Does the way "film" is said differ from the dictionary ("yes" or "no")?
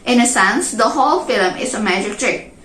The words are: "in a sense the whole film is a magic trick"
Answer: no